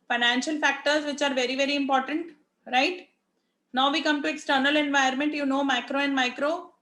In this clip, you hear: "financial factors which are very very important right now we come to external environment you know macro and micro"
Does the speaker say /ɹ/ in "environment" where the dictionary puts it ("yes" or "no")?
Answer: no